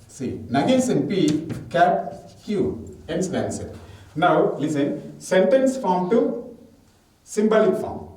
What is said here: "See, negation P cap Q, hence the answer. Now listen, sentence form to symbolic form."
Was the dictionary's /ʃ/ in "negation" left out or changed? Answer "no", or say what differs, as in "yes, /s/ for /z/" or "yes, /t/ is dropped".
yes, /s/ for /ʃ/